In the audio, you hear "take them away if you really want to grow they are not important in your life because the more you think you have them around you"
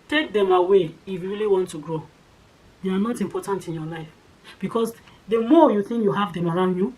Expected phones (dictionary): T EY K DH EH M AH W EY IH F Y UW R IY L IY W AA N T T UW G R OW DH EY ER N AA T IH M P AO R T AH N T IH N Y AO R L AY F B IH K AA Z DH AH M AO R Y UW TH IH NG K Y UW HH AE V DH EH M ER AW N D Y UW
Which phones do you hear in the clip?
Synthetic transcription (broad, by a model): T EY K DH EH M AH W EY IH F Y UW R IY L IY W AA N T T UW G R OW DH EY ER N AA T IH M P AO T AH N T IH N Y AO L AY F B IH K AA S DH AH M AO Y UW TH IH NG K Y UW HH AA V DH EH M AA AW N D Y UW